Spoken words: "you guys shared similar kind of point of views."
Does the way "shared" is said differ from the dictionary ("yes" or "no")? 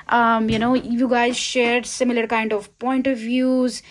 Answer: no